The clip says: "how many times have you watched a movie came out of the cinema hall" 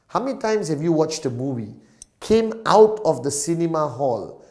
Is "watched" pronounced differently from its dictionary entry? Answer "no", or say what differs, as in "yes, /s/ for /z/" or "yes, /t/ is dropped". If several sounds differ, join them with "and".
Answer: no